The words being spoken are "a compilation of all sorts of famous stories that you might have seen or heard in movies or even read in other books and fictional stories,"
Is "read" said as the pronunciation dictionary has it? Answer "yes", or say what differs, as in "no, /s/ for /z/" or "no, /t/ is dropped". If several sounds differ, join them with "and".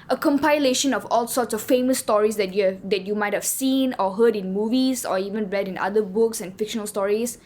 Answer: yes